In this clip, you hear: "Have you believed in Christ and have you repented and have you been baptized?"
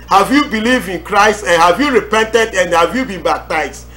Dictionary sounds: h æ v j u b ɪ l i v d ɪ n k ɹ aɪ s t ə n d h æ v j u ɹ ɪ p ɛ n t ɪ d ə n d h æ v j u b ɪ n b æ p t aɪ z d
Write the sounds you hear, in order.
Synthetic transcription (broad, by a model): h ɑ v j u b ɪ l i v d ɪ n k ɹ aɪ s t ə n h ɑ v j u ɹ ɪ p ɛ n t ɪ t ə n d h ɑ v j u b ɪ n b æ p t aɪ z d